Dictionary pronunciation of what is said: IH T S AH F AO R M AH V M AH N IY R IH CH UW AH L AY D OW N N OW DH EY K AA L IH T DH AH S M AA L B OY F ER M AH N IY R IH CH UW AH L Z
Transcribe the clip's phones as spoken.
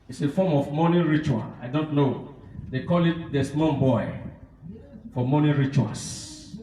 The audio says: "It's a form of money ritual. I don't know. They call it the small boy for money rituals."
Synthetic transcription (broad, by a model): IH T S AH F AO M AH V M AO N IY R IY CH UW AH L AY D OW N N OW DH EY K AA L IH T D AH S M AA N B OY F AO M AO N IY R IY CH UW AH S